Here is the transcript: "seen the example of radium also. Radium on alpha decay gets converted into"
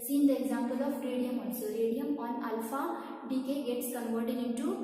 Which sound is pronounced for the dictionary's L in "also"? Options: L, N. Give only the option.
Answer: N